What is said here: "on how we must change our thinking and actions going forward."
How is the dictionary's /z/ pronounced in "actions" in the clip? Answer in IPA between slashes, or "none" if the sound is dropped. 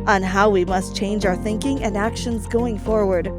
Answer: /z/